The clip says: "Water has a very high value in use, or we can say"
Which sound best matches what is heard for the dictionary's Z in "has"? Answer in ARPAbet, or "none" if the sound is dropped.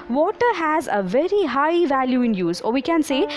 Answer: Z